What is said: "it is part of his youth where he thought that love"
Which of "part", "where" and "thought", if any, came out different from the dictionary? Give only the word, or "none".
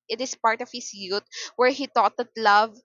thought